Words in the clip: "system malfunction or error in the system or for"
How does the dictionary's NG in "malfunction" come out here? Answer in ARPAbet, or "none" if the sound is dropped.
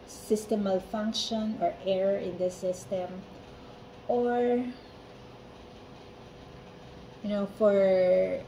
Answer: NG